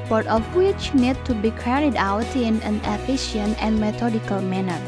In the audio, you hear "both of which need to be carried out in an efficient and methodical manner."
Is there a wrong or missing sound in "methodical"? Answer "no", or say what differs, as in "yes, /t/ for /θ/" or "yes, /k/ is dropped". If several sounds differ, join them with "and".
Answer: yes, /t/ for /θ/